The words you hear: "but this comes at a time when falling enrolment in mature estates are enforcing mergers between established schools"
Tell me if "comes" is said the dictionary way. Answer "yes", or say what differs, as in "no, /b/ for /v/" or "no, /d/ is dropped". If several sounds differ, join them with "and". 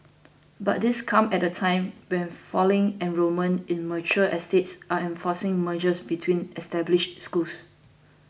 no, /z/ is dropped